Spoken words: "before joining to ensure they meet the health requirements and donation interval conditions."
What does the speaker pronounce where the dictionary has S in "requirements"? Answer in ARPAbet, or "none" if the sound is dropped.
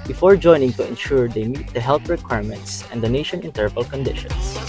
S